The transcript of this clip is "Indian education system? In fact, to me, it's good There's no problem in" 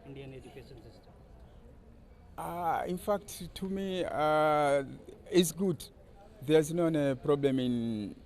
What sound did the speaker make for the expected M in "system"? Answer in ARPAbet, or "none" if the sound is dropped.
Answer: none